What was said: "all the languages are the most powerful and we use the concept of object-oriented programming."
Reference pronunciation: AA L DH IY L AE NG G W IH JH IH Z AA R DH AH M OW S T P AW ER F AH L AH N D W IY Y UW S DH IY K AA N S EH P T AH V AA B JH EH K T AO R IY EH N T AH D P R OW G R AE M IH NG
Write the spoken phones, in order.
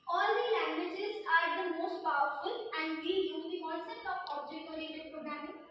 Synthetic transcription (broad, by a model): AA L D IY L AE NG G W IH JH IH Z AA R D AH M OW S T P AW ER F AH L AH N D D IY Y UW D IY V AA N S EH T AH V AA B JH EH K AO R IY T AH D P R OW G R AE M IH